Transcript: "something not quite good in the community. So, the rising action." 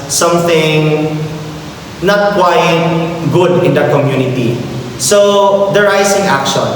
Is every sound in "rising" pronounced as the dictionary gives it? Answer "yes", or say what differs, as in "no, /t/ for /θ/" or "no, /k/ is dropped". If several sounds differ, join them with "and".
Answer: no, /s/ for /z/